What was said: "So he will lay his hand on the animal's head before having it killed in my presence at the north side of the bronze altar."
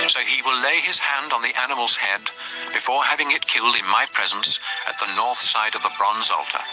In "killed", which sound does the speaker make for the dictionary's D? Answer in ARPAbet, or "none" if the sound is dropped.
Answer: D